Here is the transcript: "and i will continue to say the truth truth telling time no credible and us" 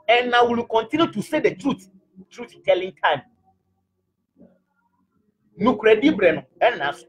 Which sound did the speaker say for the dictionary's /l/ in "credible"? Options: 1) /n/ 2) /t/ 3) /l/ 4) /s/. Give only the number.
1